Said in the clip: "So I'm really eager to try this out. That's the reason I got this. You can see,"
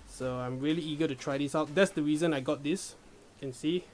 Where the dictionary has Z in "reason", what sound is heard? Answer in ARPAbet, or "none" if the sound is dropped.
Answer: Z